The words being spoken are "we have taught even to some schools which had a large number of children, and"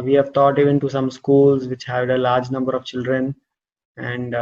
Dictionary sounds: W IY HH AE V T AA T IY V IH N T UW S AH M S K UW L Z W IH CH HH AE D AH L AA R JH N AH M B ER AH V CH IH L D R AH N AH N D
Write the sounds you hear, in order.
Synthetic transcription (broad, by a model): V IY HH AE V T AA T IY V IH N T UW S AH M S K UW L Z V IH CH HH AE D AH L AA R JH N AH M B ER AH V CH IH L D R AH N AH N D